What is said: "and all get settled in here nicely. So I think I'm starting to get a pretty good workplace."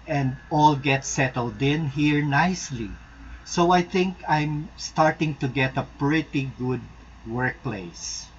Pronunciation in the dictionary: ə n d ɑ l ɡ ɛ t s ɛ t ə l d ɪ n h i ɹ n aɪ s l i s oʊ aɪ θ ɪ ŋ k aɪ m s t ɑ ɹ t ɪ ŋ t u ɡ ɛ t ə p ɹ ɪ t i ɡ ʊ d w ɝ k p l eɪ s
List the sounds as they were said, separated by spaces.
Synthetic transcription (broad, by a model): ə n d ɑ l ɡ ɛ t s ɛ t ə l d ɪ n h i ɹ n aɪ s l i s oʊ aɪ θ ɪ ŋ k aɪ m s t ɑ ɹ t ɪ ŋ t u ɡ ɛ t ə p ɹ ɪ t i ɡ ʊ d w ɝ k p l eɪ s